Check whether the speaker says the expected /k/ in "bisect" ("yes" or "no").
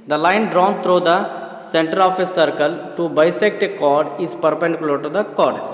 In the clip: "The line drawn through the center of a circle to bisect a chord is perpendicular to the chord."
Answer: yes